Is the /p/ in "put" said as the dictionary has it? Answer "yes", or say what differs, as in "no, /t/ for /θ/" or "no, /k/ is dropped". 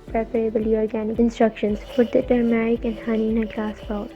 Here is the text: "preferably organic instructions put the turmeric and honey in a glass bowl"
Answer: no, /f/ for /p/